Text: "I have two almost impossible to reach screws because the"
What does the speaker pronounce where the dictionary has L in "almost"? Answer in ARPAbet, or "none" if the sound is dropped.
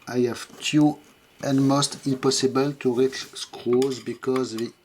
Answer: N